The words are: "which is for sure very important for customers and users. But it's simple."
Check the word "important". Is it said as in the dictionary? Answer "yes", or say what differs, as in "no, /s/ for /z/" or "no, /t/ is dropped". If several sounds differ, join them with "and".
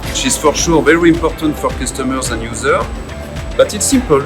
yes